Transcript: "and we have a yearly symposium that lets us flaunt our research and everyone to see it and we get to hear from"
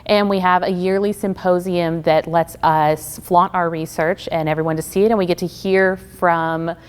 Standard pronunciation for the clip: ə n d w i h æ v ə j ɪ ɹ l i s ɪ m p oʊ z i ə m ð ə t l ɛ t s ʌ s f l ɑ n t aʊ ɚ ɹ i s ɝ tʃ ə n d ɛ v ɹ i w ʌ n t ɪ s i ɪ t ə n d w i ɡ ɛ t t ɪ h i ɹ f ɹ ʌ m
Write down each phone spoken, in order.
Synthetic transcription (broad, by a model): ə n w i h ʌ v ə j ɪ ɹ l i s ɪ m p oʊ z i ə m ð ə t l ɛ t s ʌ s f l ɑ t aʊ ɚ ɹ i s ɝ tʃ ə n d ɛ v ɹ i w ʌ n t ɪ s i ɪ t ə n w i ɡ ɛ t t ɪ h i ɹ f ɹ ʌ m